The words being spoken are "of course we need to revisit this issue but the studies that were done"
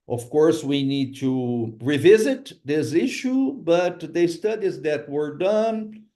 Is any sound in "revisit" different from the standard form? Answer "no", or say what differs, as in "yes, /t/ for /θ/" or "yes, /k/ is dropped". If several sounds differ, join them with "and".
no